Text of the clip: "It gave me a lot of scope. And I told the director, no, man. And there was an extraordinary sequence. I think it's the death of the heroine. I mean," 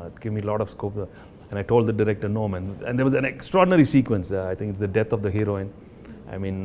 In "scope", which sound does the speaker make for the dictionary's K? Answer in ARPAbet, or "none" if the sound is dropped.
K